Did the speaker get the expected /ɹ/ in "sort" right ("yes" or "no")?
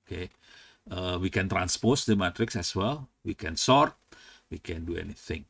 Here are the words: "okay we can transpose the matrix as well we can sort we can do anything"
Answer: yes